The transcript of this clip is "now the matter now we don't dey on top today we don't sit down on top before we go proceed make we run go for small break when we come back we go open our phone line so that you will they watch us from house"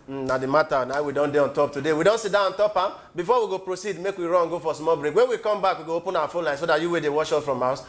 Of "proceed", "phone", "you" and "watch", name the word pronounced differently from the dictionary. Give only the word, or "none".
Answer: watch